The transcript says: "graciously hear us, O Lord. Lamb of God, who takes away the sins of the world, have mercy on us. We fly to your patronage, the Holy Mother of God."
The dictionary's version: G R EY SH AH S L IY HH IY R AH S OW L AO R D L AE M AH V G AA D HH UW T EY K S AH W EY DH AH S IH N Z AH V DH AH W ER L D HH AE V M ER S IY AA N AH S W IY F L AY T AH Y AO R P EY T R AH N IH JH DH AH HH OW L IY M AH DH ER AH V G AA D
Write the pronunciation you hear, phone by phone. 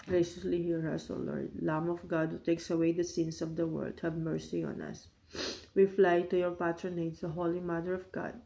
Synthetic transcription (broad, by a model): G R EY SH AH S L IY HH IY R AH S OW L AO R D L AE M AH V G AA D HH UW T EY K S AH W EY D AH S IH N S AH V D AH W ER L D HH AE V M ER S IY AA N AH S W IY F L AY T AH Y AO R P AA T R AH N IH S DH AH HH OW L IY M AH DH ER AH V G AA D